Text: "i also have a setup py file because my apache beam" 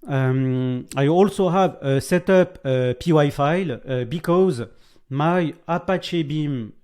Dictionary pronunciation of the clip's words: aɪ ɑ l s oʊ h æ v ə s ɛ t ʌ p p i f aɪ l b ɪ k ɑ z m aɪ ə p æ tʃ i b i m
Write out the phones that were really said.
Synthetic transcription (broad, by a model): aɪ ɑ l s oʊ h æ v ə s ɛ t ʌ p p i f aɪ l b ɪ k ɑ z m aɪ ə p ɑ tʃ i b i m